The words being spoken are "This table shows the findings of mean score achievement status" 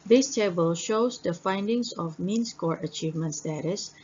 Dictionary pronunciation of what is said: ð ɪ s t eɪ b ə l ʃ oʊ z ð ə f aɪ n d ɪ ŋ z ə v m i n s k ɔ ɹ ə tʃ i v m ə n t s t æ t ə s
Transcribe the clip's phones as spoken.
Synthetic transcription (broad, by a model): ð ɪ s t eɪ b ə l ʃ oʊ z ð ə f aɪ n d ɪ ŋ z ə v m i n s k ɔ ɹ ə tʃ i v m ə n t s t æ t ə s